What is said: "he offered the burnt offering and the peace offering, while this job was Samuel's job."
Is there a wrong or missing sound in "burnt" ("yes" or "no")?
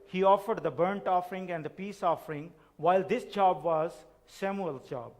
no